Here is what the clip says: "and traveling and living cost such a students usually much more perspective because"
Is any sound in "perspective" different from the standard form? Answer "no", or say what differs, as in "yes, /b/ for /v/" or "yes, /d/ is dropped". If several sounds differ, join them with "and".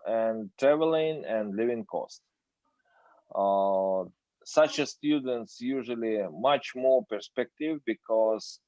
no